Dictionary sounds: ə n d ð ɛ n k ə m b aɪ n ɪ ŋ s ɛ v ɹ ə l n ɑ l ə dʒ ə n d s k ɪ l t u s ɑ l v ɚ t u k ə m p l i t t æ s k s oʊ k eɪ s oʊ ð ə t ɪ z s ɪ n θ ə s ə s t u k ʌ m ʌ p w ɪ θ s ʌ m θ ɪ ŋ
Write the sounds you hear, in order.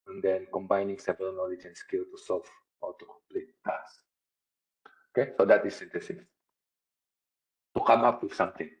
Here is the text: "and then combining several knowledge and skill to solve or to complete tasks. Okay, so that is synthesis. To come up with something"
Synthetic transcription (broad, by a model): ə n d ɛ n k ə m b aɪ n ɪ ŋ s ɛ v ə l n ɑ l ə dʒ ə n s k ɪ l t u s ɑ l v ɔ t u k ə m p l i t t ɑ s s oʊ k eɪ s oʊ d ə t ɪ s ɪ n t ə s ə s t u k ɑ m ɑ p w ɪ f s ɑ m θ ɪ ŋ